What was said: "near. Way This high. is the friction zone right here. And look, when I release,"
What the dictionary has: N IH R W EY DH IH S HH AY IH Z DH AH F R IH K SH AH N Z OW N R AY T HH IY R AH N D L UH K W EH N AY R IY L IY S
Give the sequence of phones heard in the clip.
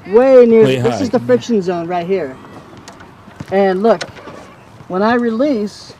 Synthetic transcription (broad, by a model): N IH R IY DH IH S IH Z DH AH F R IH K SH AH N Z OW N R AY T HH IY R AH N L UH K W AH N AY R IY L IY S